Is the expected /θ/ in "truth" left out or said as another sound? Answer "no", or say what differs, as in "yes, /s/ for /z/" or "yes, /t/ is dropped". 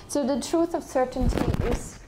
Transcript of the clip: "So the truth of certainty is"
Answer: yes, /t/ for /θ/